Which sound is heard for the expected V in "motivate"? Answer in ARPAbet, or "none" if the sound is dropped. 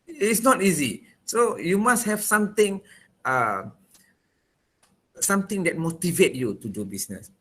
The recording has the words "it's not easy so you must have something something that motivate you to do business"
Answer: V